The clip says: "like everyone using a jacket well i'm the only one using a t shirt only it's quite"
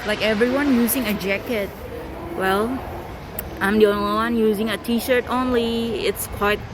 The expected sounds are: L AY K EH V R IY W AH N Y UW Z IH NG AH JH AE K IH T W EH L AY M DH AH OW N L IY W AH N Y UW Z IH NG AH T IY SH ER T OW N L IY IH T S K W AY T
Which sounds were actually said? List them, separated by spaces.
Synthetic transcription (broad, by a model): L AY K EH V R IY W AH N Y UW Z IH NG AH JH AE K IH T W EH L AY M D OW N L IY W AH N Y UW Z IH NG AH T IY SH ER T OW N L IY IH T S K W AY T